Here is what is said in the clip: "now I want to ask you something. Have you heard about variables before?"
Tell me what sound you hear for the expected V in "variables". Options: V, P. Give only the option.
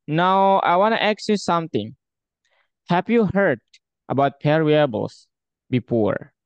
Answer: P